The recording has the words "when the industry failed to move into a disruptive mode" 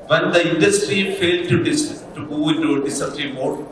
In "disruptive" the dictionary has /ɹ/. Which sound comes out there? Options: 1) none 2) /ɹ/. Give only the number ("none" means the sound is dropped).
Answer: 1